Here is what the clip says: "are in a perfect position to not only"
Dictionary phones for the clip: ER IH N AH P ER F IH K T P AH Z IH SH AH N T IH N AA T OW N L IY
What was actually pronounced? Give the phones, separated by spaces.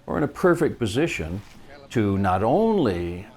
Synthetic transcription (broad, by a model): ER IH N AH P ER F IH K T P AH Z IH SH AH N T IH N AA T OW N L IY